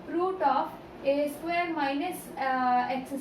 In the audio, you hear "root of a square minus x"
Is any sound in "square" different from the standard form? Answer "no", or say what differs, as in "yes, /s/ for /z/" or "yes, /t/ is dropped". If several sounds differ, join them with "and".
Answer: yes, /k/ is dropped